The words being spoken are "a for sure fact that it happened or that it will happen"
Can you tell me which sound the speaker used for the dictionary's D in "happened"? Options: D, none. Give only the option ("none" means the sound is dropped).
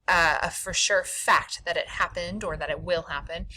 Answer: D